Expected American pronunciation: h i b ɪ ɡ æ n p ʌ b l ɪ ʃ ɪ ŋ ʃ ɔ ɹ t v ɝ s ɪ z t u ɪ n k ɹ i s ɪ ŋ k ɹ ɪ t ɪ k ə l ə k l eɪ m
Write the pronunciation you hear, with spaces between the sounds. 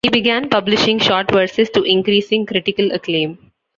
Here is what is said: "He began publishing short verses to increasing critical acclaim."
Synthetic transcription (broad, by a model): h i b ɪ ɡ æ n p ʌ b l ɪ ʃ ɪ ŋ ʃ ɔ ɹ t v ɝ s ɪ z t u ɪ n k ɹ i s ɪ ŋ k ɹ ɪ t ɪ k ə l ə k l eɪ m